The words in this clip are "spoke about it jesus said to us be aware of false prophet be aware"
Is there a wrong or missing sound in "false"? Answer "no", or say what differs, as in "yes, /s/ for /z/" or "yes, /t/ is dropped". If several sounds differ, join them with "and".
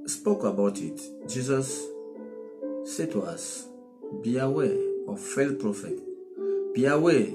yes, /s/ is dropped